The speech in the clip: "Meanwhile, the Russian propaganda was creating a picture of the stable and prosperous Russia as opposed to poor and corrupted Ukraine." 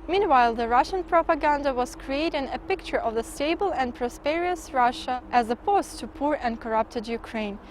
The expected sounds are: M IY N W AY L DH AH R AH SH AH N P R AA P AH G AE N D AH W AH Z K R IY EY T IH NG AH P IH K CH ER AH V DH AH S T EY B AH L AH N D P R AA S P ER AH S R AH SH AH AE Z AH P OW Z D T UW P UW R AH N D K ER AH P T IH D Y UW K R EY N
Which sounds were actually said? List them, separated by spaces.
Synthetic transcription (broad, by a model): M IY N W AY L DH AH R AH SH AH N P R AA P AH G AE N D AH W AH Z K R IY EY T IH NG AH P IH K CH ER AH V DH AH S T EY B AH L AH N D P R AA S P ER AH S R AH SH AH AE Z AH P OW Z T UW P UW R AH N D K ER AH P T IH D Y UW K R EY N